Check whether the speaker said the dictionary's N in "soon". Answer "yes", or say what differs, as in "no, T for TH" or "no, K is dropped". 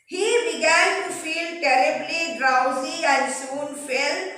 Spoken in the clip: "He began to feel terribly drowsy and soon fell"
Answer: yes